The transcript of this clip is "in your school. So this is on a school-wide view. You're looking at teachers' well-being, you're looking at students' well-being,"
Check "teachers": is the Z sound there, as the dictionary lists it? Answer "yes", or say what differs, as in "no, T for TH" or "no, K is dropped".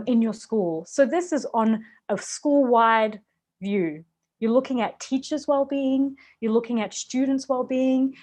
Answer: yes